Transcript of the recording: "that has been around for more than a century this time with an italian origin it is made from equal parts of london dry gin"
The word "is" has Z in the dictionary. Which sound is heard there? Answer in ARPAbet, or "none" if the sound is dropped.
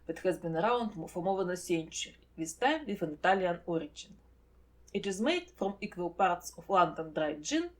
Z